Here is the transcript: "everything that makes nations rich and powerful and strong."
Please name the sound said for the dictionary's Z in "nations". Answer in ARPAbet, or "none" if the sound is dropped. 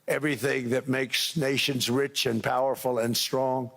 Z